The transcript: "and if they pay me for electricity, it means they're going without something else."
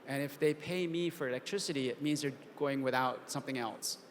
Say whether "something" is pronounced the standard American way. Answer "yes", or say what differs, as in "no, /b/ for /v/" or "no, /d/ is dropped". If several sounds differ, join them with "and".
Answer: yes